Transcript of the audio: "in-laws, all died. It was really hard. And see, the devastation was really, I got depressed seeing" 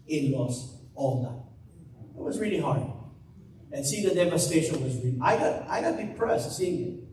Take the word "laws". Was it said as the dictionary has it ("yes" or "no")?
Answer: no